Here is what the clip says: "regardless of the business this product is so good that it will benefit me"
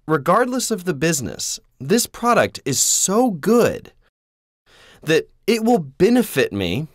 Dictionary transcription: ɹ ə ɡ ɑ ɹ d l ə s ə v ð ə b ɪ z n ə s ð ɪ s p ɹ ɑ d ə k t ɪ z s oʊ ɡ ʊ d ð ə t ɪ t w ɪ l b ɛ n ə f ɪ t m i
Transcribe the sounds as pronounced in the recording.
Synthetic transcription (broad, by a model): ɹ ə ɡ ɑ ɹ d l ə s ə v ð ə b ɪ z n ə s ð ɪ s p ɹ ɑ d ə k t ɪ z s oʊ ɡ ʊ d ð ə t ɪ t w ɪ l b ɛ n ə f ɪ t m i